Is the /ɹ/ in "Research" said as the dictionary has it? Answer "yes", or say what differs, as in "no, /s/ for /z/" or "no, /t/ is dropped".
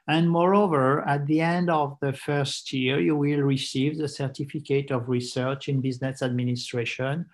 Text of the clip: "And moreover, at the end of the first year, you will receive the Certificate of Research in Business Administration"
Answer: yes